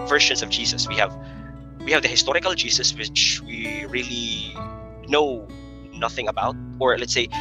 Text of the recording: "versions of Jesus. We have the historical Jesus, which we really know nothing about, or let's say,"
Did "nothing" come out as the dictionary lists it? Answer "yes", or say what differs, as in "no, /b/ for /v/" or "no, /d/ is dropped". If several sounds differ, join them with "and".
yes